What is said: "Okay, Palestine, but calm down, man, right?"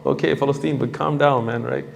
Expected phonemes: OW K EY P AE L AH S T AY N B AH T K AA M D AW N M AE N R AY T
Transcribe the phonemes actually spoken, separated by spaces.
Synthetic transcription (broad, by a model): OW K EY F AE L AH S T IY N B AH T K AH M D AW N M AE N R AY T